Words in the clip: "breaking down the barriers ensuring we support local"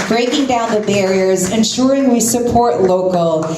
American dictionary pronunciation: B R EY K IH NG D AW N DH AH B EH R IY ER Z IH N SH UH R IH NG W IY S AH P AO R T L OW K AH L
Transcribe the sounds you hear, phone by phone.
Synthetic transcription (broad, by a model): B R EY K IH NG D AW N DH AH B EH R IY ER Z IH N SH UH R IH NG W IY S AH P AO R T L OW K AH L